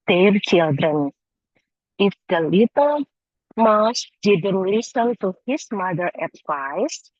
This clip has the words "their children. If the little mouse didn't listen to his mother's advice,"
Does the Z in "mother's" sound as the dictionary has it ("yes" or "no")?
no